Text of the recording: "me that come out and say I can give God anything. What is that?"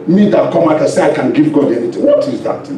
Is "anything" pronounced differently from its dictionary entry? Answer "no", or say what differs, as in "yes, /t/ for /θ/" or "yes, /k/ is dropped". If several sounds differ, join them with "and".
yes, /t/ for /θ/